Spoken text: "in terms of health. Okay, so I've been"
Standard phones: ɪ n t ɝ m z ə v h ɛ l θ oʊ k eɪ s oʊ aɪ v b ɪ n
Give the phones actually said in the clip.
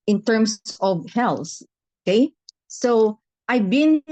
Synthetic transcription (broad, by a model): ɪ n t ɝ m s ə v h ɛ l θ oʊ k eɪ s oʊ aɪ v b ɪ n